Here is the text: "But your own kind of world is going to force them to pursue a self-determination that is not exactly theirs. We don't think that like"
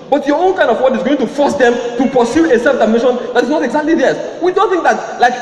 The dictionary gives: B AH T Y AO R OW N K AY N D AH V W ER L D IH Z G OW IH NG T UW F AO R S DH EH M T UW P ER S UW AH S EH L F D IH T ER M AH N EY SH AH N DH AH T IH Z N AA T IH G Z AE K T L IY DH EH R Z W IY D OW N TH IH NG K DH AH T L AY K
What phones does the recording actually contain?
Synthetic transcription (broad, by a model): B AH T Y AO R OW N K AY N D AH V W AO D IH Z G OW IH NG T UW F AO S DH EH M T UW P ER S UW AH S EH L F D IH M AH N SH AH N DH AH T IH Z N AA T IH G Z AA K T L IY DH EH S W IY D OW N TH IH NG K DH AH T L AY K